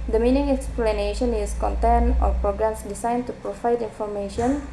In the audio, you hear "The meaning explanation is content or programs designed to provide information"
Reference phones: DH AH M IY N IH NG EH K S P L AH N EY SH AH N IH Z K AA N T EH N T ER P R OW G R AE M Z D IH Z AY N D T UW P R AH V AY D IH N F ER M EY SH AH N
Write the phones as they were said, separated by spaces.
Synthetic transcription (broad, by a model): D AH M IY N IH NG EH K S P L AH N EY SH AH N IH S K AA N T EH N AO P R OW G R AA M S D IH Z AY N T UW P R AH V AY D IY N F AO M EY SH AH N